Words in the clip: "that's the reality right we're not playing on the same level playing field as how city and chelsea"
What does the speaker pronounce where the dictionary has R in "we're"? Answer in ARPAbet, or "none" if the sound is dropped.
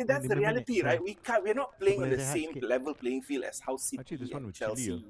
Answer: W